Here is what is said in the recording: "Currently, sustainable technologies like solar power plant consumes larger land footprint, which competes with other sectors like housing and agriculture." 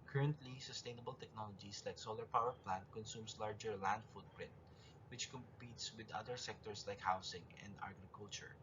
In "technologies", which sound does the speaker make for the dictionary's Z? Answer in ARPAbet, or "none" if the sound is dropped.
S